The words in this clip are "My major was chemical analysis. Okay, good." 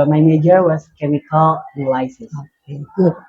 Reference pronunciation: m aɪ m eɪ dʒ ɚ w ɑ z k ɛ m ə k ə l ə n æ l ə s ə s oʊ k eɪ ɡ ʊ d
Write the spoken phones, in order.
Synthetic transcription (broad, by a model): m aɪ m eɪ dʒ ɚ w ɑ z k ɛ m ə k ə l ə l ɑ ə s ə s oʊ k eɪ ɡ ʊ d